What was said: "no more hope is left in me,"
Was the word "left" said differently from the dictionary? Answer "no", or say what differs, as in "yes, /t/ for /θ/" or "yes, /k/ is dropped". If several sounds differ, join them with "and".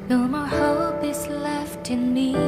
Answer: no